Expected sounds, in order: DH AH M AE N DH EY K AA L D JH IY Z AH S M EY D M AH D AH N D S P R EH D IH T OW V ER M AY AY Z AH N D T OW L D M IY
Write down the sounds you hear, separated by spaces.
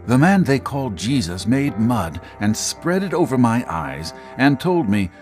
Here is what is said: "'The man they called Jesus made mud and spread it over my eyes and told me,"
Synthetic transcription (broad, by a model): DH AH M AE N DH EY K AA L D JH IY Z AH S M EY D M AH D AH N S P R EH D IH T OW V ER M AY AY Z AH N T OW L D M IY